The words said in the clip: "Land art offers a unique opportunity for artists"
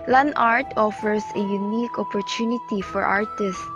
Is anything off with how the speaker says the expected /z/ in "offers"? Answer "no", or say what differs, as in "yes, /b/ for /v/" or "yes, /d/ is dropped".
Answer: yes, /s/ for /z/